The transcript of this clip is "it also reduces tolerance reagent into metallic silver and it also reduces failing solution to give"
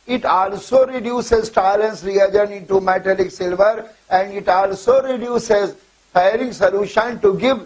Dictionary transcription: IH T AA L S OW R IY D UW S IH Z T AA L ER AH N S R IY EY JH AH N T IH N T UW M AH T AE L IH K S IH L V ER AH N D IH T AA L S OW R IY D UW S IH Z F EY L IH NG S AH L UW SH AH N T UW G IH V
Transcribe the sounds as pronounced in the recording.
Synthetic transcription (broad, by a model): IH T AA L S OW R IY D UW S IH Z T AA L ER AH N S R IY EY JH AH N IH N T UW M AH T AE L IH K S IH L V ER AH N D IH T AA L S OW R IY D UW S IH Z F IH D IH NG S AH L UW SH AH N T UW G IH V